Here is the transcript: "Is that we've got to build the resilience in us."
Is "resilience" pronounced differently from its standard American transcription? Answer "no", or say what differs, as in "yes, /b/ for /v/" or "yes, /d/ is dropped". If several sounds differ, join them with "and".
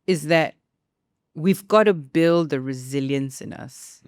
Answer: no